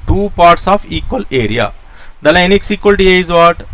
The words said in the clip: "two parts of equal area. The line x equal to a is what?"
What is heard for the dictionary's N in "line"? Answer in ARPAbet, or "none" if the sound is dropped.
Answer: N